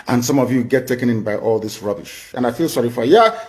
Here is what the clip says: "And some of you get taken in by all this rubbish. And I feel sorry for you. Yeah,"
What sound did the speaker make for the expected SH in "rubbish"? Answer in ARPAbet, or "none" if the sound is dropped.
SH